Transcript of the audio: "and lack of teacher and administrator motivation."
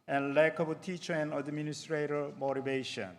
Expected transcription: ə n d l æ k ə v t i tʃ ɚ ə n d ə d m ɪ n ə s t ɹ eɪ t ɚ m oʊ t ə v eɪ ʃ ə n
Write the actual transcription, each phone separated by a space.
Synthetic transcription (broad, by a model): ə n l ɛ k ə b t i tʃ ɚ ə n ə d m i n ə s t ɹ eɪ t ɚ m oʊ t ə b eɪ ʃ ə n